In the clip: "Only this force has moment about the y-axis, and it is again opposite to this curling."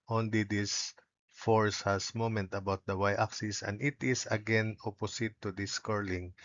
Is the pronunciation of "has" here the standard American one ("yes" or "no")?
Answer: no